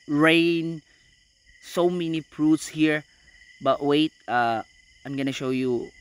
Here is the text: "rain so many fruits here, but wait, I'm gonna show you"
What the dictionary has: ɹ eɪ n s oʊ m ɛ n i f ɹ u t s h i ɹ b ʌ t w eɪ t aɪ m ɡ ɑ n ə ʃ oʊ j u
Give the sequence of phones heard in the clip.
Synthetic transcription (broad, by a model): ɹ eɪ n s oʊ m ɛ n i p ɹ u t s h i ɹ b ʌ t w eɪ t aɪ m ɡ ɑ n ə ʃ oʊ j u